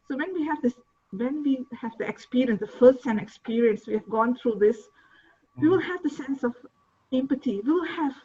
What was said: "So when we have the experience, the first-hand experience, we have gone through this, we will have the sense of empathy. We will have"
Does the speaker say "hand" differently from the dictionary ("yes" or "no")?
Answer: yes